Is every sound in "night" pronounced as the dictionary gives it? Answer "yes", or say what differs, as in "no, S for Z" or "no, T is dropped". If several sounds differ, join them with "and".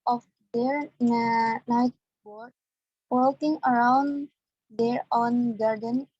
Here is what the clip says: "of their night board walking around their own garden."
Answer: yes